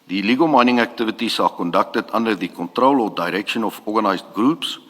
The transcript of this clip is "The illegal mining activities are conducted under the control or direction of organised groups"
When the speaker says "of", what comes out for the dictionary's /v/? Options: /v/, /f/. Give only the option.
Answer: /f/